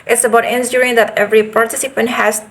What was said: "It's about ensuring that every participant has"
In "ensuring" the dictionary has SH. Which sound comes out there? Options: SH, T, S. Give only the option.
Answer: S